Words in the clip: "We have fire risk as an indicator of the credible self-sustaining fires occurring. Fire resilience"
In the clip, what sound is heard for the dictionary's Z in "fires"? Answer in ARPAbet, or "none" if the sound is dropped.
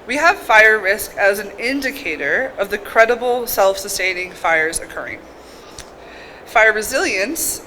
Z